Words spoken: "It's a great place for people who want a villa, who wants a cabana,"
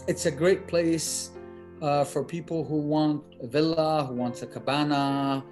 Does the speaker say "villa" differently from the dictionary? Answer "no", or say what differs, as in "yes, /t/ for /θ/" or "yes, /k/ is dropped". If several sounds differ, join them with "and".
no